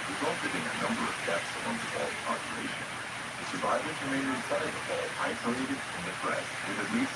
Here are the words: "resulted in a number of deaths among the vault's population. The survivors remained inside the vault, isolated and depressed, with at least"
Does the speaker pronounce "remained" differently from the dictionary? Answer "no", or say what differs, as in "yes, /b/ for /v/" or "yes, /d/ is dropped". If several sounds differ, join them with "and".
yes, /d/ is dropped